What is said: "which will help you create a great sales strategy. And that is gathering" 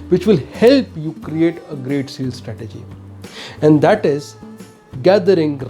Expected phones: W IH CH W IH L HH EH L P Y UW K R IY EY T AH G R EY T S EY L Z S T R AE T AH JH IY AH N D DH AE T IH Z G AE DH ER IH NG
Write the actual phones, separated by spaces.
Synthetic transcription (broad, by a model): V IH CH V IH L HH EH L P Y UW K R IY EY T AH G R EY T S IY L S T R AE T AH JH IY AH N D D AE T IH Z G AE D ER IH NG